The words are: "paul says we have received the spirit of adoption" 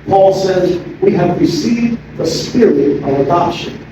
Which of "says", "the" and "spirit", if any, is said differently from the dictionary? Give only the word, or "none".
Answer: none